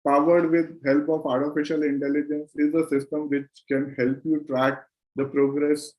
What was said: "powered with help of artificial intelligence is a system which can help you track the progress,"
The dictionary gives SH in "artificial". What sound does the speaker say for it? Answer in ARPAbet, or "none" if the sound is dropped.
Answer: SH